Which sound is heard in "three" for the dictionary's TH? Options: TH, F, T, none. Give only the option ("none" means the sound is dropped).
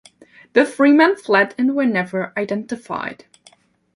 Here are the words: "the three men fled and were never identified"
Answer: F